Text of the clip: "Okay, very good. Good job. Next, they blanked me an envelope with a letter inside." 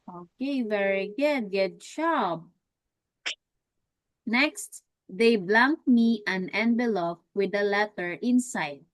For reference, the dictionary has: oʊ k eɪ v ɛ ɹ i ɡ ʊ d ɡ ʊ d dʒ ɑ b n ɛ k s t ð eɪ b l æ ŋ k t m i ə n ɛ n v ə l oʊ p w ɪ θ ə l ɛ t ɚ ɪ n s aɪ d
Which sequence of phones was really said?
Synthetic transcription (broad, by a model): oʊ k eɪ v ɛ ɹ i ɡ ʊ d ɡ ʊ d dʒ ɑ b n ɛ k s t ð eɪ b l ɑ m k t m i ə n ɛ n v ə l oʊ f w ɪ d ə l ɛ t ɚ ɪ n s aɪ d